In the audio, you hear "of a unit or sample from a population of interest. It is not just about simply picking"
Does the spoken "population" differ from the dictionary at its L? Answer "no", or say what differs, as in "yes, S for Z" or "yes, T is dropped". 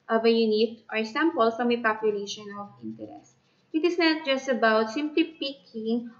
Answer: no